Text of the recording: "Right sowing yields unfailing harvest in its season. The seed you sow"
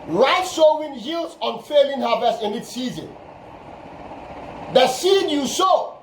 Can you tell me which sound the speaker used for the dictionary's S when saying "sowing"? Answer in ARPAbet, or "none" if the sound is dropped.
SH